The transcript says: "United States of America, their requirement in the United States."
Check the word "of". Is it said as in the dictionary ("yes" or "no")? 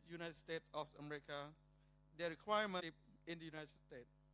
no